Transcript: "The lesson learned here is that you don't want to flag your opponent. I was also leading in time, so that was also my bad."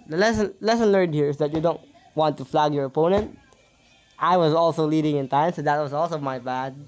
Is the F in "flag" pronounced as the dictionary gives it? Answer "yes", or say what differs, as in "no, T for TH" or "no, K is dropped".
yes